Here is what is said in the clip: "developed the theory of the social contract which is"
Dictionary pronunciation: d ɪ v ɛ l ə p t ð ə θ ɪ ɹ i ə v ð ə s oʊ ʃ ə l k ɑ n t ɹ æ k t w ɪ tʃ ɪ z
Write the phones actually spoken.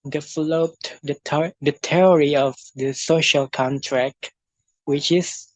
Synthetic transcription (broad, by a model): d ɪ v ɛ l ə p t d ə t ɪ ɹ i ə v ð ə s oʊ ʃ ə l k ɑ n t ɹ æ k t w ɪ tʃ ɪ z